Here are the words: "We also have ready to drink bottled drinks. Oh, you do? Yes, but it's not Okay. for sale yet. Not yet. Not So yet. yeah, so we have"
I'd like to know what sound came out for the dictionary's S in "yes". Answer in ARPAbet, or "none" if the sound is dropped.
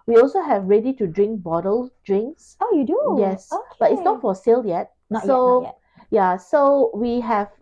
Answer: S